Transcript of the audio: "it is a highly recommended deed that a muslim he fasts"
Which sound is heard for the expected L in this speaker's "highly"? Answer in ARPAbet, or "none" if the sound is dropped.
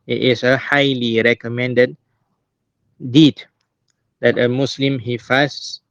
L